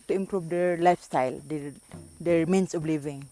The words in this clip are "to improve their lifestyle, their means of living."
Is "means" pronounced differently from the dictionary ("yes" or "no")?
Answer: yes